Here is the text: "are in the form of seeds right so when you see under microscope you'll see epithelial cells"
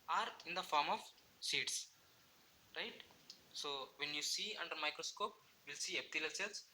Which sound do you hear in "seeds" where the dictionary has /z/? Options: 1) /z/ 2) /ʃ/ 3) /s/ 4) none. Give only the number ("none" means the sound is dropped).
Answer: 3